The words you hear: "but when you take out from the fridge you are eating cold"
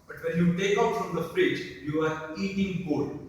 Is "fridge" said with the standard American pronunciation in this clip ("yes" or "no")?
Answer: no